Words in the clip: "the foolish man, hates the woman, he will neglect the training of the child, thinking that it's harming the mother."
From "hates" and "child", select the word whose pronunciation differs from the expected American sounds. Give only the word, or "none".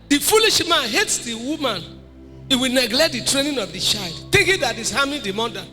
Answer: none